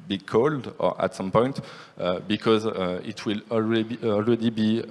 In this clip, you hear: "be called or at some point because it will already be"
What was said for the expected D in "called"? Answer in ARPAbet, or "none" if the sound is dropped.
D